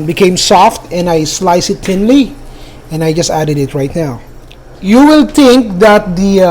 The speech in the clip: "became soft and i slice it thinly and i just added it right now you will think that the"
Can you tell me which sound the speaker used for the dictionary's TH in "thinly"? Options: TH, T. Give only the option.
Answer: T